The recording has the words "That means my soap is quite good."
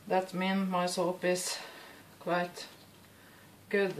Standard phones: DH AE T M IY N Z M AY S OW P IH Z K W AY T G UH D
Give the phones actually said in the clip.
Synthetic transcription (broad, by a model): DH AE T M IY N M AY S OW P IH S K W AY T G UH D